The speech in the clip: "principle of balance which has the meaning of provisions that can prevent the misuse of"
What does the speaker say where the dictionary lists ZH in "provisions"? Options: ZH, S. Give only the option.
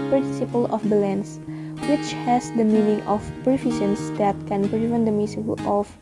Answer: S